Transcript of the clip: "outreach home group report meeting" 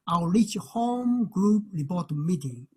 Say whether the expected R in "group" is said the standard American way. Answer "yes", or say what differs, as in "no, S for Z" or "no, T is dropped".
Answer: yes